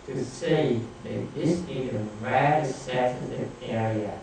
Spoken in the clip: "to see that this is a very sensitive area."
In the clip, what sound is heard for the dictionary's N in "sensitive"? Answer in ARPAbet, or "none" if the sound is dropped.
none